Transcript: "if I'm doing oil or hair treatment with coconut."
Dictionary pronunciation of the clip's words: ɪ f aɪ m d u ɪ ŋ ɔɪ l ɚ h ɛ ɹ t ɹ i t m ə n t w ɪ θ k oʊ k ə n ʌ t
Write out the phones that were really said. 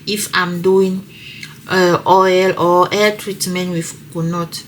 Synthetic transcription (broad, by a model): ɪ f aɪ m d u ɪ ŋ ɔɪ l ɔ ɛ l t ɹ i t m ə n t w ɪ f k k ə n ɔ t